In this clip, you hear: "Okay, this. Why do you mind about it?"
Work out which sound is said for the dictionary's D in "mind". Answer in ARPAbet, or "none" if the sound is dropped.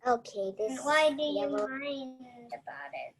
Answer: none